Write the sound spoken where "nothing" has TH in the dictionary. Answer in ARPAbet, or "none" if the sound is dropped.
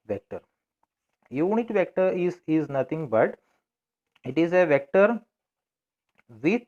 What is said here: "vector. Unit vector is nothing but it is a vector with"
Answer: T